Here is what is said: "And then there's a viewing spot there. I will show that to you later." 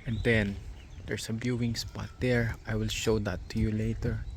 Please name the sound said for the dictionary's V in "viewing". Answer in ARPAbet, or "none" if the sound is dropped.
B